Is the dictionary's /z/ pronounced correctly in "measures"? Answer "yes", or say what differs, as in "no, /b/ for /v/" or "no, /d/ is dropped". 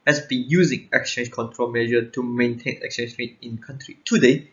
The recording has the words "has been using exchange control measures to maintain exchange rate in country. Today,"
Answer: no, /z/ is dropped